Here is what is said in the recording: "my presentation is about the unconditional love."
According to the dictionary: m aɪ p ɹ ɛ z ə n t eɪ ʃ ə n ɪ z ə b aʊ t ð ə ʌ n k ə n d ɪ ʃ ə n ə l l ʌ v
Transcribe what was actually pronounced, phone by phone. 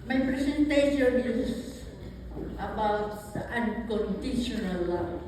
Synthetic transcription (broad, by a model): m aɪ p ɹ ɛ s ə n t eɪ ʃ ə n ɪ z ə b aʊ t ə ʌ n k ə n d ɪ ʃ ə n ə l l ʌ